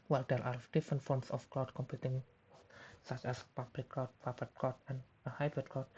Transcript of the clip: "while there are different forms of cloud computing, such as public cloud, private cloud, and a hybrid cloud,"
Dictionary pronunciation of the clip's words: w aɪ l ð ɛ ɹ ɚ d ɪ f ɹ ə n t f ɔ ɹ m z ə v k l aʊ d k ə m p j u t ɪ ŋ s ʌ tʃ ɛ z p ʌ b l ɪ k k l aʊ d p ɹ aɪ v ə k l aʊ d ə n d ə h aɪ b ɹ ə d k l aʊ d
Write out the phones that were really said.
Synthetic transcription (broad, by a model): w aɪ l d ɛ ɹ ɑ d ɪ f ɹ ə n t f ɔ ɹ m s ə f k l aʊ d k ə m p j u t ɪ ŋ s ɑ tʃ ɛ s p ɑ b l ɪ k k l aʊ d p aɪ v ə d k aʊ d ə n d ə h aɪ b ɹ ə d k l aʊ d